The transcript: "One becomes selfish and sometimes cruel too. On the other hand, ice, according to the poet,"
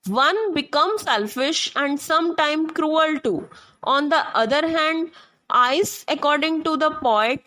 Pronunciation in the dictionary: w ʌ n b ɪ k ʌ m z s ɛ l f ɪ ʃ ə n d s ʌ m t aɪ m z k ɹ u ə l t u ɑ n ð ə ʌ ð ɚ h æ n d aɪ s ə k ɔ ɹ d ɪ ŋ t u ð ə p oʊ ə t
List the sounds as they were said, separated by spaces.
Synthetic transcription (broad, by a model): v ʌ n b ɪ k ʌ m s ɛ l f ɪ ʃ ə n d s ʌ m t aɪ m k ɹ u ə l t u ɑ n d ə ʌ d ɚ h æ n d aɪ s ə k ɔ ɹ d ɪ ŋ t u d ə p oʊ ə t